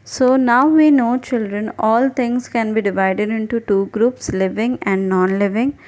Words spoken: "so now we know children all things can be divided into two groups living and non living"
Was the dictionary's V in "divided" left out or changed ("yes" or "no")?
no